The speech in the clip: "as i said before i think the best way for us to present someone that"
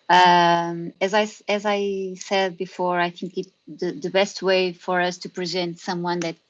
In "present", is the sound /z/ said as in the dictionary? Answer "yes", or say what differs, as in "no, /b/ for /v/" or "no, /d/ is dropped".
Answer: yes